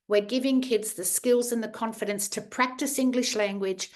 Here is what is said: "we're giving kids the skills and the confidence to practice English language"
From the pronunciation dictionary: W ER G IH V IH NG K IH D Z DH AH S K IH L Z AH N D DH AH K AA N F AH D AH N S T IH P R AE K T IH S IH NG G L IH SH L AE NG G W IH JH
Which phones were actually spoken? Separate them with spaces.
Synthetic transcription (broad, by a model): W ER G IH V IH NG K IH D Z DH AH S K IH L Z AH N DH AH K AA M F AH D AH N S T IH P R AE K T IH S IH NG G L IH SH L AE NG G W IH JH